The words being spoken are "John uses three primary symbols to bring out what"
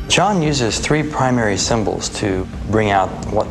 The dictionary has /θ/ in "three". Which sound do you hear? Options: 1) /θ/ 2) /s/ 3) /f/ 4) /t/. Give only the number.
1